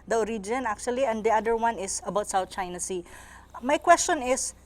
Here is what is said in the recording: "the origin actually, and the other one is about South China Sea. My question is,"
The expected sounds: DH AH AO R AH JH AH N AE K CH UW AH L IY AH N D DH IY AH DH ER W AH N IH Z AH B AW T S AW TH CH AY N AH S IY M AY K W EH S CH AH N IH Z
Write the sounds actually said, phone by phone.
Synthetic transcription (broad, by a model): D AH R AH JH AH N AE K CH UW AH L IY AH N D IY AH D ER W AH N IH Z AH B AW T S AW T CH AY N AH S IY M AY K W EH S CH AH N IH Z